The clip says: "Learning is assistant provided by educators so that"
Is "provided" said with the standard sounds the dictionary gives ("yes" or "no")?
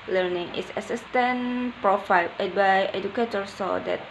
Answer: no